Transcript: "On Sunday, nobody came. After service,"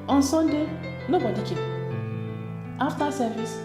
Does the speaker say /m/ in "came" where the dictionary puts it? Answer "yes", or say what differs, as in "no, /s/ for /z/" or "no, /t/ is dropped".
no, /m/ is dropped